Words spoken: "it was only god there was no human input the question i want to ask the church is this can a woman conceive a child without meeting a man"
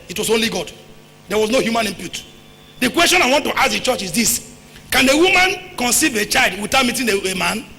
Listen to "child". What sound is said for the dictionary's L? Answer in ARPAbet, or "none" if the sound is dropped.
L